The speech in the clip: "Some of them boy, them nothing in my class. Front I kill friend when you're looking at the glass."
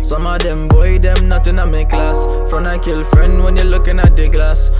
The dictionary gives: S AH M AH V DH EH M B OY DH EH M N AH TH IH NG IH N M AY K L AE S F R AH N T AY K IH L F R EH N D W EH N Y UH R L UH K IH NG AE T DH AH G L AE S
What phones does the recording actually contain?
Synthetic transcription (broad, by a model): S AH M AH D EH M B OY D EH M N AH T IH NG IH M AY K L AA S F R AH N AY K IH L F R EH N D W EH N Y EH L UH K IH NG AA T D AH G L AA S